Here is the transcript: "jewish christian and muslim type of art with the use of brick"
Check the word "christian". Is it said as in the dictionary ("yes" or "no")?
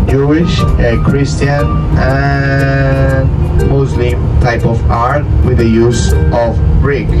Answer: no